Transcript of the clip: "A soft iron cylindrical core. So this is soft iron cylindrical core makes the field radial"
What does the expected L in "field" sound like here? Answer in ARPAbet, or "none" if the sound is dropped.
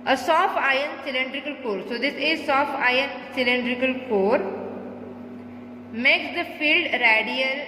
L